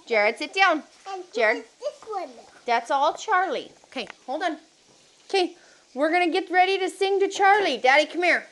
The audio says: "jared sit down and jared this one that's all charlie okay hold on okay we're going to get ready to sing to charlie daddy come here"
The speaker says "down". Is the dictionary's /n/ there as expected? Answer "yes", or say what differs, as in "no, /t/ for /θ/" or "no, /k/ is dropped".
no, /n/ is dropped